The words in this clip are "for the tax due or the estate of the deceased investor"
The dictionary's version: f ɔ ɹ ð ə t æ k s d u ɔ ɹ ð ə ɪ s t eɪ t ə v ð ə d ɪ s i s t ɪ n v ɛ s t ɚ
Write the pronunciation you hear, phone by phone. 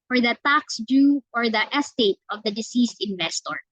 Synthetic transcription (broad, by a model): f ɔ ɹ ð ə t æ k s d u ɔ ɹ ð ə ɪ s t eɪ t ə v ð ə d ɪ s i s t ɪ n v ɛ s t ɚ